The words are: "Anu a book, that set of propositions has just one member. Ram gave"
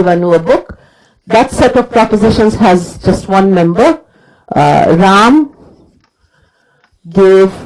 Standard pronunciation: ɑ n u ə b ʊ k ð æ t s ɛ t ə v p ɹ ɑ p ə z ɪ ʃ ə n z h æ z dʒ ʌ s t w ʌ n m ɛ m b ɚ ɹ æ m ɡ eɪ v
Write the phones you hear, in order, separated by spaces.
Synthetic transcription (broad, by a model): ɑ n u ə b ʊ k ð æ t s ɛ t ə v p ɹ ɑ p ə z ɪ ʃ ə n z h æ z dʒ ʌ s t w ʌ n m ɛ m b ɚ ɹ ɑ m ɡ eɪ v